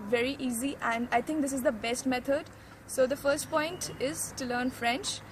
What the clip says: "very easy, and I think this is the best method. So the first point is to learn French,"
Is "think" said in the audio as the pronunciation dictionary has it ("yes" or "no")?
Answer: no